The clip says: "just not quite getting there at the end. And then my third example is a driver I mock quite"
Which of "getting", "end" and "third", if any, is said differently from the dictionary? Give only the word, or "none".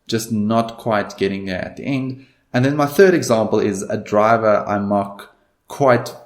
none